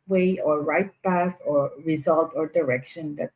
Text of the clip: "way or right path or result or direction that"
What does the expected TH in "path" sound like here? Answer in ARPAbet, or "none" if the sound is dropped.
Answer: S